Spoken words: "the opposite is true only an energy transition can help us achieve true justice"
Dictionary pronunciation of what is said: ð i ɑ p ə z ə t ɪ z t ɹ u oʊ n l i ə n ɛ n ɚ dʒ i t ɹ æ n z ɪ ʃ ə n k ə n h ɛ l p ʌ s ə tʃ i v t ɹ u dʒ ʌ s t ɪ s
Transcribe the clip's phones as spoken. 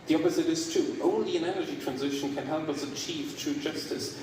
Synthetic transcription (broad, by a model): ð i ɑ p ə z ə t ɪ z t ɹ u oʊ n l i ə n ɛ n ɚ dʒ i t ɹ æ n z ɪ ʃ ə n k ə n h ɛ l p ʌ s ə tʃ i v t ɹ u dʒ ʌ s t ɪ s